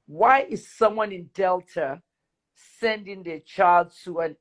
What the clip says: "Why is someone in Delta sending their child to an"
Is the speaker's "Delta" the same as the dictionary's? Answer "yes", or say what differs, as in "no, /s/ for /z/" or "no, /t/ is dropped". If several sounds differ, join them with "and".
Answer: yes